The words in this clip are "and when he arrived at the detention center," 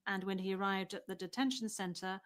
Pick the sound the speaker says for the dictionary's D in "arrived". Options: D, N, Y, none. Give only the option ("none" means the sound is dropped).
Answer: D